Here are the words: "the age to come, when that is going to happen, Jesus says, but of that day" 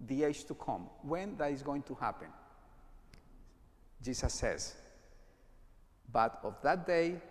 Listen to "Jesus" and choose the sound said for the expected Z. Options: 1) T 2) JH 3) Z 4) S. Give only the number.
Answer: 4